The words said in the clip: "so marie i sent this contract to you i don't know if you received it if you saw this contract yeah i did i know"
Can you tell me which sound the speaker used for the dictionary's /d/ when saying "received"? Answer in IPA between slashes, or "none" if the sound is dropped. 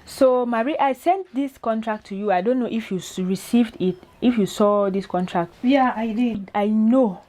/d/